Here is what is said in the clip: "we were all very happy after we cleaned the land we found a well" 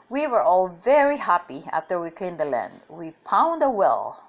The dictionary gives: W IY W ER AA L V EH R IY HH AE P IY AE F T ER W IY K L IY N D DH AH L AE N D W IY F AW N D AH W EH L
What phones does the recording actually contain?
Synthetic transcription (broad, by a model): W IY W ER AA L V EH R IY HH AE P IY AE F T ER W IY K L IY N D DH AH L AE N D W IY P AW N D AH W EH L